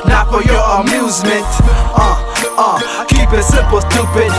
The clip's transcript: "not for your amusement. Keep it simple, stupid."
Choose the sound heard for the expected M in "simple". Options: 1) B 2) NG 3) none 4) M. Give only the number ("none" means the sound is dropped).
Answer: 3